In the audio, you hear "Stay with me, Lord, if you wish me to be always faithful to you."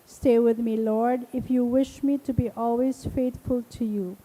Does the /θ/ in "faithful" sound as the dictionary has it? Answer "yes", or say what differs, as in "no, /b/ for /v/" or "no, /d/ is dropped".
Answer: no, /t/ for /θ/